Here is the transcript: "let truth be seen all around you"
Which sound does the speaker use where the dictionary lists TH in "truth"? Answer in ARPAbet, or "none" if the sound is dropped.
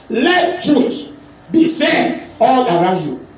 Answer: S